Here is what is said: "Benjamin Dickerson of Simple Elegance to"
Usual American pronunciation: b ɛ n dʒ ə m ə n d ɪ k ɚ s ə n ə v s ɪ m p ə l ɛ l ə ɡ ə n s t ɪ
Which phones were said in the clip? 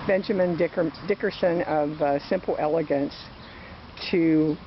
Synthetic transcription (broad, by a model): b ɛ n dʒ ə m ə n d ɪ k ɚ s ə n ə v s ɪ m p l ɛ l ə ɡ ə n s t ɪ